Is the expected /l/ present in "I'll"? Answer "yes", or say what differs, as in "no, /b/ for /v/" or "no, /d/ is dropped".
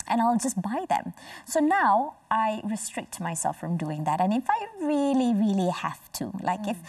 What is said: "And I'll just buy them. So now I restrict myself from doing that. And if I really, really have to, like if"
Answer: yes